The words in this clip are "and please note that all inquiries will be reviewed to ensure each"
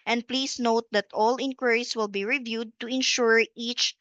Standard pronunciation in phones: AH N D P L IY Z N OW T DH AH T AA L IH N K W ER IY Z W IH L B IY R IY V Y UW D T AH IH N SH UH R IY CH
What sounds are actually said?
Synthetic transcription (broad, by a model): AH N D P L IY S N OW T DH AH T AA L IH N K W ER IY S W IH L B IY R IY V Y UW D T AH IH N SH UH R IY CH